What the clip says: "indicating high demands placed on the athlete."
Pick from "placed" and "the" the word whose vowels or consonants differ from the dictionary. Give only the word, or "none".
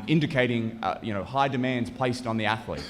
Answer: none